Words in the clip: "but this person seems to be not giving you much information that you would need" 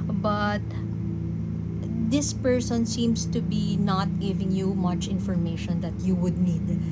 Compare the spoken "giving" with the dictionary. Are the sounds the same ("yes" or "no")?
yes